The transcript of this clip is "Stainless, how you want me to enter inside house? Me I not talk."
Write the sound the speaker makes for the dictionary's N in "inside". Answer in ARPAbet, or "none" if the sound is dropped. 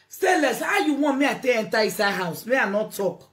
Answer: none